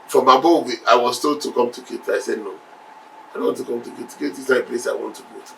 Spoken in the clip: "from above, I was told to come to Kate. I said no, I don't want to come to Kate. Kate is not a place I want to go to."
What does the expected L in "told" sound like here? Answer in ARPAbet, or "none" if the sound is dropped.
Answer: none